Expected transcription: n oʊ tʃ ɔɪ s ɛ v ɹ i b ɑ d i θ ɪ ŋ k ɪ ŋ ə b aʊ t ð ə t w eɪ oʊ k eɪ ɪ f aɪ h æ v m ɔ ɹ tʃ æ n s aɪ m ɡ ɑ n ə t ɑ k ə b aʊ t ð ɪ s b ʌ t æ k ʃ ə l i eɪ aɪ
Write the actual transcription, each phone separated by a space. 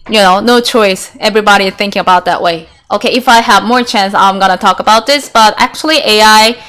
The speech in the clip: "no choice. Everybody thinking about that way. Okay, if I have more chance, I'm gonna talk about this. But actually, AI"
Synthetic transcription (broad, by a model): n oʊ tʃ ɔɪ s ɛ v ɹ i b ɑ d i θ ɪ ŋ k ɪ ŋ ə b aʊ t ð ə t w eɪ oʊ k eɪ ɪ f aɪ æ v m ɔ ɹ tʃ æ n s aɪ m ɡ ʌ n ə t ɑ k ə b aʊ t ð ɪ s b ʌ t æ k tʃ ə l i eɪ aɪ